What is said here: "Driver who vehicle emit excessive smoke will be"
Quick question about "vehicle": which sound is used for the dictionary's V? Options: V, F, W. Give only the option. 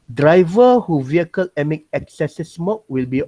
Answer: V